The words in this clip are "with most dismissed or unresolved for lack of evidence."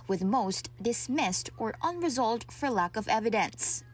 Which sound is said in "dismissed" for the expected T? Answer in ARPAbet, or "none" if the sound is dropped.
T